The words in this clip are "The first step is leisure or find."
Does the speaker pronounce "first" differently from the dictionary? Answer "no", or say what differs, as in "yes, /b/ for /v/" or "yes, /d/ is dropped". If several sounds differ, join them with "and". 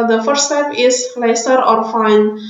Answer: yes, /s/ is dropped